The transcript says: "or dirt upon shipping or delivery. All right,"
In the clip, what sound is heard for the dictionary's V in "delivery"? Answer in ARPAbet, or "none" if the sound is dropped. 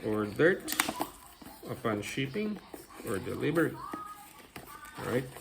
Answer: B